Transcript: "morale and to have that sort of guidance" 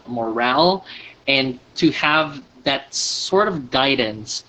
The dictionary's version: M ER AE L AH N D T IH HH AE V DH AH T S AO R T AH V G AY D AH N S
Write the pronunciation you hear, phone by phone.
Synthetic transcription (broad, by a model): M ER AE L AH N T IH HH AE V DH AH T S AO R T AH V G AY D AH N S